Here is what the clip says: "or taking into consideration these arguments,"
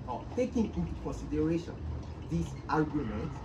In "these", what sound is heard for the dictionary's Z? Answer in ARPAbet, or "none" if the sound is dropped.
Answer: S